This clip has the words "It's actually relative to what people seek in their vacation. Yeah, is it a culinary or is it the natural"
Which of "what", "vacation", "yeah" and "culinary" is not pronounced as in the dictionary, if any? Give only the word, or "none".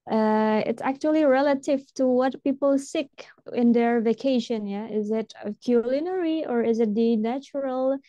none